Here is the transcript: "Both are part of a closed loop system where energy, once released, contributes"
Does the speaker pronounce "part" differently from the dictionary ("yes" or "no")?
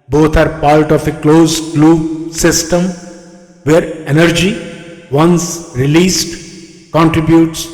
yes